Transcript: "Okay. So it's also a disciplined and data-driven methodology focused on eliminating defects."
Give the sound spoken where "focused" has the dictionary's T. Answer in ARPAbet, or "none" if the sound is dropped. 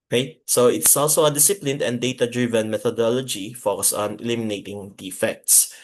none